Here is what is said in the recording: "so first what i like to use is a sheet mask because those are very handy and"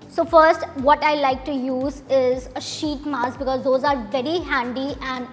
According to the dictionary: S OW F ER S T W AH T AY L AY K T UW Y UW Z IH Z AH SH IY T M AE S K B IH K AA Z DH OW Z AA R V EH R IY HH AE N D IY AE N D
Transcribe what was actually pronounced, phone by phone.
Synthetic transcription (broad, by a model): S OW F ER S T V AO T AY L AY K T UW Y UW Z IH Z AH SH IY T M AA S B IH K AA Z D OW Z AA R V EH R IY HH AE N D IY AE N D